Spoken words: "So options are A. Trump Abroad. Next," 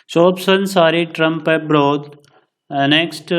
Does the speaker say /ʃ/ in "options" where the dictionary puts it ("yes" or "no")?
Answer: no